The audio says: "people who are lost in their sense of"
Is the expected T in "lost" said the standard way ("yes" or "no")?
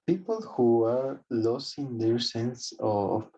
no